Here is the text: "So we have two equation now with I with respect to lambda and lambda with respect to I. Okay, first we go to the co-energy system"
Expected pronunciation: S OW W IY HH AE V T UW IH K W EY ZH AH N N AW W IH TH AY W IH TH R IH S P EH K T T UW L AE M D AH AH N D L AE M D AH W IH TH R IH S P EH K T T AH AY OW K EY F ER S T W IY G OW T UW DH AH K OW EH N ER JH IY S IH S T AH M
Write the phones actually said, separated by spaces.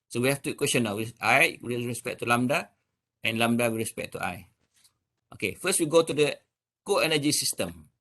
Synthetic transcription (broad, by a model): S OW W IY HH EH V T UW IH K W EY S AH N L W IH AY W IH R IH S P EH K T T UW L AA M D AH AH N L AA M D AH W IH R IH S P EH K T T AY OW K EY F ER S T W IY G OW T UW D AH K OW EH N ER JH IY S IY S T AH M